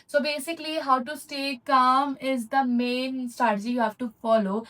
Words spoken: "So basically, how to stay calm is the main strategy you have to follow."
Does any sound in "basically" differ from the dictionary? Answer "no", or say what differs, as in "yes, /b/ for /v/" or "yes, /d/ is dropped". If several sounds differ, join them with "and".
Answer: no